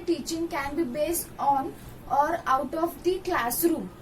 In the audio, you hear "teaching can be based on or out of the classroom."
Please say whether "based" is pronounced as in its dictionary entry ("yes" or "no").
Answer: yes